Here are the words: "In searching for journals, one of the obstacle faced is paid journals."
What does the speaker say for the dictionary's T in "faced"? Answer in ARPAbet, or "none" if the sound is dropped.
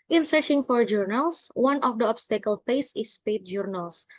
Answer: none